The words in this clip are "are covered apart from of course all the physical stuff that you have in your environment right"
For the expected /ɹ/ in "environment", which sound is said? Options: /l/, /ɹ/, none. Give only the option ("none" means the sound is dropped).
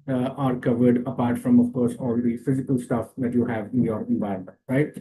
none